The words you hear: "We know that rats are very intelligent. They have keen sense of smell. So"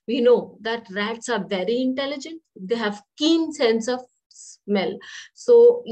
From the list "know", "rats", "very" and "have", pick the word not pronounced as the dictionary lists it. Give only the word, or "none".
none